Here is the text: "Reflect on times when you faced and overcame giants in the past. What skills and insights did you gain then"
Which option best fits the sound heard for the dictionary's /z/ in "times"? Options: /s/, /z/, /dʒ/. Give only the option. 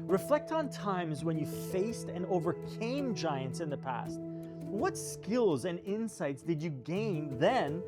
/z/